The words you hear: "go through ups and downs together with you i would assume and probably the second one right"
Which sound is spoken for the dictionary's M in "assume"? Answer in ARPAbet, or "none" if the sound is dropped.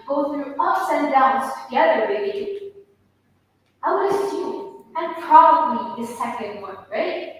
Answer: none